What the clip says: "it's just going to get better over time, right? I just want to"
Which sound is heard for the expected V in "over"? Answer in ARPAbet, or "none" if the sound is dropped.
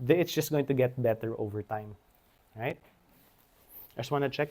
V